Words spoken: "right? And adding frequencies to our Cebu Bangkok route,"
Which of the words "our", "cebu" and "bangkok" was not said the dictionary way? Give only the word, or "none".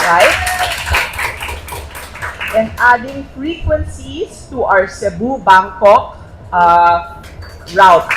our